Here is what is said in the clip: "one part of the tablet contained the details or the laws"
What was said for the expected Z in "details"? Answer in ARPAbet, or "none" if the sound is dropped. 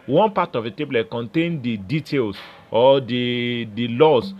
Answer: S